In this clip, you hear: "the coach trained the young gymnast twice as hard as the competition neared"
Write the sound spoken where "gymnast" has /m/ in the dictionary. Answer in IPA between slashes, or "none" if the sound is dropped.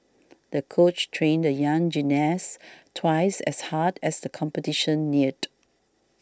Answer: none